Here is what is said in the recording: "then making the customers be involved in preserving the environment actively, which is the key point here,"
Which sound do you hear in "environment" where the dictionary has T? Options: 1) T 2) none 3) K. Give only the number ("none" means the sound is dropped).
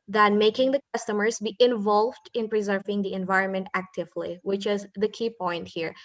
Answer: 1